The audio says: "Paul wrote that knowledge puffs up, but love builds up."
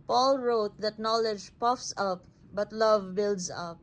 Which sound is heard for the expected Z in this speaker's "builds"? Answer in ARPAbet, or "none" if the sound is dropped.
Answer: S